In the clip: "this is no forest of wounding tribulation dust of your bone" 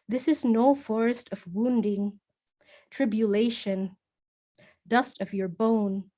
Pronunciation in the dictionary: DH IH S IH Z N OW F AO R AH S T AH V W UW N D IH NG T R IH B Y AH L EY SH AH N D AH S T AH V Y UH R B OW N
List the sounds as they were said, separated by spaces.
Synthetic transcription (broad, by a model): DH IH S IH Z N OW F AO R AH S T AH V W UW N D IH NG T R IH B Y AH L EY SH AH N D AH S T AH V Y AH R B OW N